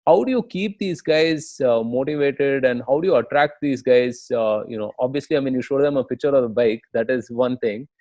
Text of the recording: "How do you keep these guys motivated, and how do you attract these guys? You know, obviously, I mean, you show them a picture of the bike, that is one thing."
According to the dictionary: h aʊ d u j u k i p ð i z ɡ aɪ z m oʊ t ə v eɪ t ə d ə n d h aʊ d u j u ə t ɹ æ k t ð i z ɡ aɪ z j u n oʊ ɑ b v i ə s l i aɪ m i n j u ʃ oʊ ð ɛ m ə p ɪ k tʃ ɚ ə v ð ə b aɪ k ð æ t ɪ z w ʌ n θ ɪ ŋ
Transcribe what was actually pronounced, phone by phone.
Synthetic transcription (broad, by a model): h aʊ d u j u k i p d i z ɡ aɪ z m oʊ t ə v eɪ t ə d ə n d h aʊ d u j u ə t ɹ æ k t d i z ɡ aɪ z j u n oʊ ɑ b v i ə s l i aɪ m i n j u ʃ oʊ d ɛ m ə p ɪ k tʃ ɚ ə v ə b aɪ k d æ t ɪ z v ʌ n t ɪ ŋ